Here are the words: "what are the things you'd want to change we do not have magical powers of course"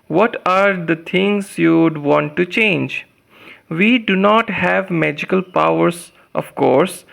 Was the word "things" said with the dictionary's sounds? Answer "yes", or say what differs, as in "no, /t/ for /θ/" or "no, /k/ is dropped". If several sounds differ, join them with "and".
no, /t/ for /θ/